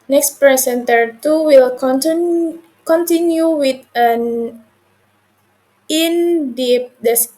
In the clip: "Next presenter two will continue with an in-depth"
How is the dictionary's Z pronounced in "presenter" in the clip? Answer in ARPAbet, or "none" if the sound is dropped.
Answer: S